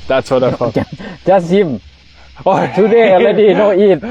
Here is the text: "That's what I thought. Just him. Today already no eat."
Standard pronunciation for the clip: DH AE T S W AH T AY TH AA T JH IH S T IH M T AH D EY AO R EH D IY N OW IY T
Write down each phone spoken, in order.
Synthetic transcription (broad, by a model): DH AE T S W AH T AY F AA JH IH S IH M T AH D EY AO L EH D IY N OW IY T